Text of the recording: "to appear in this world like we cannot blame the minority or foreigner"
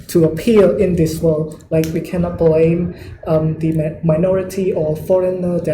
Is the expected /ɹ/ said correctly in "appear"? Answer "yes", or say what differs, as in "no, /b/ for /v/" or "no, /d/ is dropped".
no, /l/ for /ɹ/